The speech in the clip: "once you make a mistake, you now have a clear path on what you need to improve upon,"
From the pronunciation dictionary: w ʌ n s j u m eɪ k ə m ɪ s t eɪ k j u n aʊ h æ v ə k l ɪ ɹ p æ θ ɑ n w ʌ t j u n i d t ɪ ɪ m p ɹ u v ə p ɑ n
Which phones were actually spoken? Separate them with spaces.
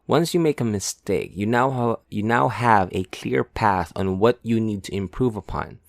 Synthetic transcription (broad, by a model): w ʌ n s j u m eɪ k ə m ɪ s t eɪ k j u n aʊ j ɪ v ə k l ɪ ɹ p æ θ n w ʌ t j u n i d t ɪ ɪ m p ɹ u v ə p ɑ n